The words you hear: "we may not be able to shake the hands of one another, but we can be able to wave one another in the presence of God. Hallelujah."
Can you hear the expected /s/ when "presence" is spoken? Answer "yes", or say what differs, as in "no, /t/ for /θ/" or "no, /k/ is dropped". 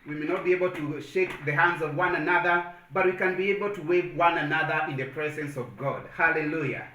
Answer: yes